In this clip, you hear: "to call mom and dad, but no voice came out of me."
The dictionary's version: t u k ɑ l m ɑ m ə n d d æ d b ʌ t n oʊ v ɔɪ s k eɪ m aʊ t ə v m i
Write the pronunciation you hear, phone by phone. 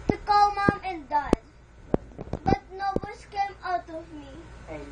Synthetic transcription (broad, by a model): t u k ɑ l m ɑ m ə n d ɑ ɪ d b ʌ t n oʊ b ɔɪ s k eɪ m aʊ t ə v m i